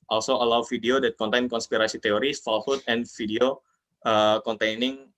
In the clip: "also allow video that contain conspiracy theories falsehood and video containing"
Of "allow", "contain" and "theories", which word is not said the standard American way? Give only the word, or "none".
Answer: theories